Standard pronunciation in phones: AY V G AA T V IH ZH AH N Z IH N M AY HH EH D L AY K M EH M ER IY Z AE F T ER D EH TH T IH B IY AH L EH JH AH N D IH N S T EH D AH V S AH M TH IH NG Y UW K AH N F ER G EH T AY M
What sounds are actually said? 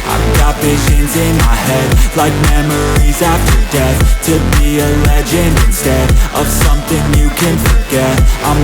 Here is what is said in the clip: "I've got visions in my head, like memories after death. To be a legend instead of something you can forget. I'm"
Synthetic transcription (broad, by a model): AY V G AA T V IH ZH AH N Z IH N M AY HH EH D L AY K M EH M ER IY Z AE F T ER D EH TH T IH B IY AH L EH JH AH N IH N S T EH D AH V S AH M TH IH NG Y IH K AH N F ER G EH T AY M